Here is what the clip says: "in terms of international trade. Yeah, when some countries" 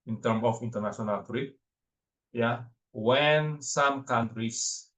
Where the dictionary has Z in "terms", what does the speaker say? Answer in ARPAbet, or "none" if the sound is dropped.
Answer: none